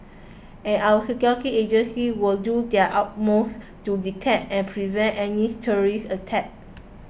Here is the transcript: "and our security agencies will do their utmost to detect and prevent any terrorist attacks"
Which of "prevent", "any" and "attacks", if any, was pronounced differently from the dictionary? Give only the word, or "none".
attacks